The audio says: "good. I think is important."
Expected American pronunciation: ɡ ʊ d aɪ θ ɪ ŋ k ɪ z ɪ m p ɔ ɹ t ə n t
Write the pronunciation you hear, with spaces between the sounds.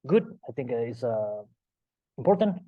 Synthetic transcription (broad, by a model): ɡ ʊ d aɪ θ ɪ ŋ k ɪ s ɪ m p ɔ ɹ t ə n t